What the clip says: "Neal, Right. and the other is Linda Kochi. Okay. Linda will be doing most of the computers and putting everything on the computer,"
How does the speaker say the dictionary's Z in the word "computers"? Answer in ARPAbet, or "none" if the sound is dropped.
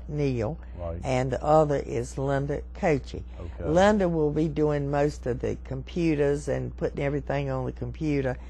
Z